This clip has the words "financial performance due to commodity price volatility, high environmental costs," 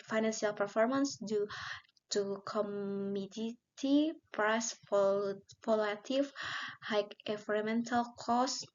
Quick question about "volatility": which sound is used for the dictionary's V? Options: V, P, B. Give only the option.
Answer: P